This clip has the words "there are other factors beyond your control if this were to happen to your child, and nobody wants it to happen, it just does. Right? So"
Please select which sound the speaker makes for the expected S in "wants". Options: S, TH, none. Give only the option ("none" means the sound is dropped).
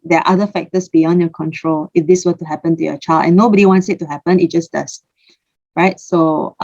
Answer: S